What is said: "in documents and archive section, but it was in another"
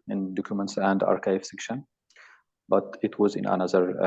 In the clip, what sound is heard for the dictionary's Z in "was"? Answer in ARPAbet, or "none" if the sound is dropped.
Z